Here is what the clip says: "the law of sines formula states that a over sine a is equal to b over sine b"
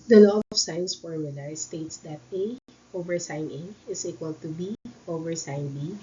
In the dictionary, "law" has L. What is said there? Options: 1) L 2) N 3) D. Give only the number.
2